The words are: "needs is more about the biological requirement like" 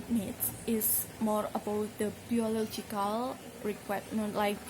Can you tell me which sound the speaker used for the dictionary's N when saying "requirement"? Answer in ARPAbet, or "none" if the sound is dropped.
none